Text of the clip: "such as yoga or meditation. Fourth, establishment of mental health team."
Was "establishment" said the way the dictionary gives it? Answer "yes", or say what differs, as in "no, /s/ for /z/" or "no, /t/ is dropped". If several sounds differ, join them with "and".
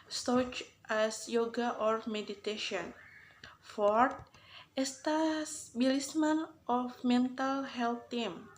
no, /s/ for /ʃ/